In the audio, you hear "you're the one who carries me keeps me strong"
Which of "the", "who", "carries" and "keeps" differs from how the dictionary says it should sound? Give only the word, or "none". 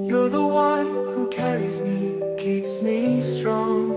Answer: none